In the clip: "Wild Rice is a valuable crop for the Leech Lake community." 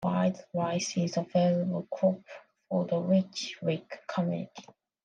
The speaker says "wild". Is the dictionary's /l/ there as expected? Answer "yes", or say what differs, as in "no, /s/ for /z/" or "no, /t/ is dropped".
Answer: no, /l/ is dropped